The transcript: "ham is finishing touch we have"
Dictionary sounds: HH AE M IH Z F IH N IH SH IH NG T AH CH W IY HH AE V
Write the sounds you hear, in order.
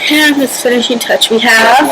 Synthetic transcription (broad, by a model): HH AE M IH S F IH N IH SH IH T AH CH W IY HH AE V